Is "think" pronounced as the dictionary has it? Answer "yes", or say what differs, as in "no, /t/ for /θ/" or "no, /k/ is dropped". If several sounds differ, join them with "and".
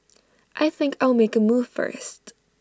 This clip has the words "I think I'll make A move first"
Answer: yes